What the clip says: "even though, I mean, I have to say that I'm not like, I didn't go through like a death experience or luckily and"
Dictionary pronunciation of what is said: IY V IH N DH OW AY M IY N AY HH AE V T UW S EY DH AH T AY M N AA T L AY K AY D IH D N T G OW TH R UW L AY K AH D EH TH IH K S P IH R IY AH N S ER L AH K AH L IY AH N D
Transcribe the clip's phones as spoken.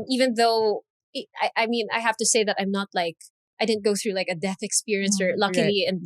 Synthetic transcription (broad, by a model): IY V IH N DH OW AY M IY N AY HH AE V T UW S EY DH AH T AY M N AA T L AY K AY D IH D N T G OW TH R UW L AY K AH D EH TH IH K S P IH R IY AH N S ER L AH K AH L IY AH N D